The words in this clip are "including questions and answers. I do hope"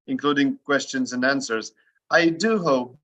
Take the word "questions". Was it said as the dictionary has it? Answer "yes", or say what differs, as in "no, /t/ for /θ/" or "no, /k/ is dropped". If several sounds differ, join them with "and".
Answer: yes